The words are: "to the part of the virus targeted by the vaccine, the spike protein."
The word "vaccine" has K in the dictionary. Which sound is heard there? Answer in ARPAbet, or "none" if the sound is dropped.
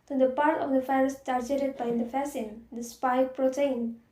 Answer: none